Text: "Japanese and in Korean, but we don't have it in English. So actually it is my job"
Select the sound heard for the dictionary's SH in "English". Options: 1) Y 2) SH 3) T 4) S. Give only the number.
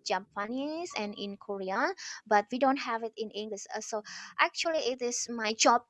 4